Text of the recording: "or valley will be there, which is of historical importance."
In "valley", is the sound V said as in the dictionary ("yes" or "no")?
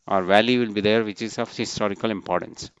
yes